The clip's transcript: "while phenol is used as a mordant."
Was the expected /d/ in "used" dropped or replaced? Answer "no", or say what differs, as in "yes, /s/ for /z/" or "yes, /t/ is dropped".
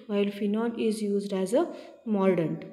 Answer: no